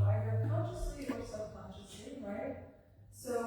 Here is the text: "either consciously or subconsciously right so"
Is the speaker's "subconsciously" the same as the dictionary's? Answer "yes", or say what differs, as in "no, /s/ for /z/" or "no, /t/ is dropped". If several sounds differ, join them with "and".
no, /b/ is dropped and /l/ is dropped